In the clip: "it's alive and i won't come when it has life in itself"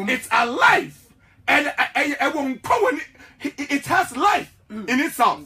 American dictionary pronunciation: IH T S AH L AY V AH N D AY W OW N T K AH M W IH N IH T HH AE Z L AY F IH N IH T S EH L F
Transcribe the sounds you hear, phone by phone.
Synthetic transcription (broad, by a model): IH T S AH L AY F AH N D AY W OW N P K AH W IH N IH T HH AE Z L AY F IH N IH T S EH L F